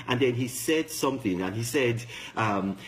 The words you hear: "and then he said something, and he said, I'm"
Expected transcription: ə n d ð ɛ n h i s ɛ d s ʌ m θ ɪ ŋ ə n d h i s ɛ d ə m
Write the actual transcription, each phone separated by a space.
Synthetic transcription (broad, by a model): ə n ð ɛ n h i s ɛ d s ʌ m θ ɪ ŋ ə n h i s ɛ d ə m